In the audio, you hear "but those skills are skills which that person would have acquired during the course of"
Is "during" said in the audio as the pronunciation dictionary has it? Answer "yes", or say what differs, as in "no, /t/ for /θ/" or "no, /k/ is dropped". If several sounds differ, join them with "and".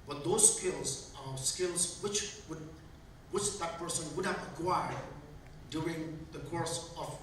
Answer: yes